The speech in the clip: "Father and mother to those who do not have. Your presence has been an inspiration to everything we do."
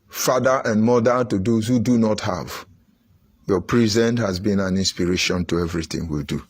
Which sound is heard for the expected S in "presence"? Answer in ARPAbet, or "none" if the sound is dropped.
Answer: none